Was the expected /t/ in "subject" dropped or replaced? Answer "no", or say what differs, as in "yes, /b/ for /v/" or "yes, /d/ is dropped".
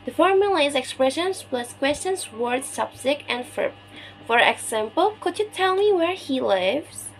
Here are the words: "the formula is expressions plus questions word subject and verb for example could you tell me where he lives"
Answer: yes, /t/ is dropped